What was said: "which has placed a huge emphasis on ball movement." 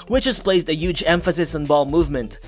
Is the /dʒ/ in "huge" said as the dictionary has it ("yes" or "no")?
yes